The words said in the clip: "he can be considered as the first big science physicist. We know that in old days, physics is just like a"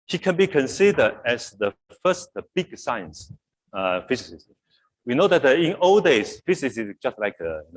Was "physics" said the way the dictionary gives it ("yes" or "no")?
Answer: no